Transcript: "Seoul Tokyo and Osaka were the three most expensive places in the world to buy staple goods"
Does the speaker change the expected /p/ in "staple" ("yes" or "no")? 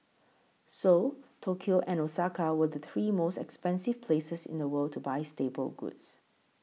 yes